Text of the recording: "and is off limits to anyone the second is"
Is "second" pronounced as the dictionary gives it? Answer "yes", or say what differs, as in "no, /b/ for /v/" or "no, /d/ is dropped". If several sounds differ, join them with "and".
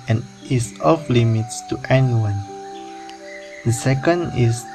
yes